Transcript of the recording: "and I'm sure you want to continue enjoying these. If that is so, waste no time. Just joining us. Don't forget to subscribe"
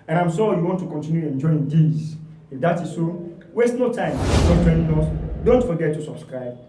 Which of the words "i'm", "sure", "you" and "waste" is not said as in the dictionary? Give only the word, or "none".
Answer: sure